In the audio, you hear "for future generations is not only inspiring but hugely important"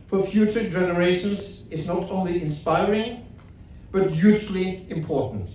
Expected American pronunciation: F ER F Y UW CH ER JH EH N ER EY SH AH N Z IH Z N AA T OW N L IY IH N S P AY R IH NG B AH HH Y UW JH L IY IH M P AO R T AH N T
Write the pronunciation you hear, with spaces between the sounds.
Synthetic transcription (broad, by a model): F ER F Y UW CH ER JH EH N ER EY SH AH N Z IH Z N AA T OW N L IY IH N S P AY R IH NG B AH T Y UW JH L IY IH M P AO R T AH N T